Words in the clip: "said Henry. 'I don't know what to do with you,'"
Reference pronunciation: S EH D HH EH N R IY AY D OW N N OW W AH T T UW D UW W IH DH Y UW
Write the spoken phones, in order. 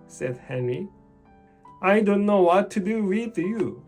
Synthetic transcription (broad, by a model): S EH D HH EH N R IY AY D OW N N OW W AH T T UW D UW W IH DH Y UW